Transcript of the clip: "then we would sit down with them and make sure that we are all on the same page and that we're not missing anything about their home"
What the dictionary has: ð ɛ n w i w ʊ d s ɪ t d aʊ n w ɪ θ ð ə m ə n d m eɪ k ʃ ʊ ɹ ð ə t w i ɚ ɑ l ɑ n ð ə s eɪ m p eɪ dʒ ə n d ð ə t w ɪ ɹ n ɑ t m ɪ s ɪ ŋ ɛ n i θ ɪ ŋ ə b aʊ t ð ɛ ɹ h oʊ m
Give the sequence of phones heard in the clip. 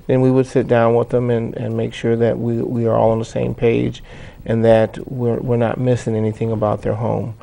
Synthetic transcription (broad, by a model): ð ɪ n w i w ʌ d s ɪ t d aʊ n w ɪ ð ə m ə n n m eɪ k ʃ ʊ ɹ ð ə t w i ɚ ɑ l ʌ n ð ə s eɪ m p eɪ dʒ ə n ð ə t w ɪ ɹ n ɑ t m ɪ s ɪ ŋ ɛ n i θ ɪ ŋ ə b aʊ t ð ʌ ɹ h oʊ m